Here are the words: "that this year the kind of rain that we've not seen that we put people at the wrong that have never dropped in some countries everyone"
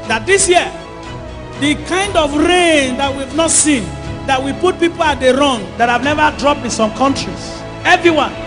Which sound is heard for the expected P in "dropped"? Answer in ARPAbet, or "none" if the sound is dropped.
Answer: P